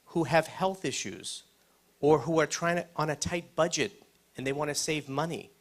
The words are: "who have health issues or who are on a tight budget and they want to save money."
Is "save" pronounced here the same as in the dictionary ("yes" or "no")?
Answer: yes